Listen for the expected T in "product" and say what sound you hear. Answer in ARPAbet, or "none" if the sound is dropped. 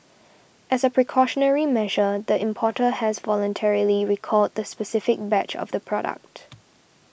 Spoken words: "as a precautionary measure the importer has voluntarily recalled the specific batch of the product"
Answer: T